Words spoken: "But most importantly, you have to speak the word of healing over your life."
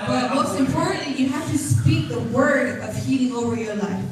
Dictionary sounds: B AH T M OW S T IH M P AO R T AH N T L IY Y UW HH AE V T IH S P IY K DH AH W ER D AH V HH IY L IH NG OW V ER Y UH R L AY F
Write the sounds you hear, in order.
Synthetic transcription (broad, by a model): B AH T M OW S T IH M P AO R T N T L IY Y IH HH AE F T IH S P IY K DH AH W ER D AH V HH IY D IH NG OW V ER Y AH R L AY F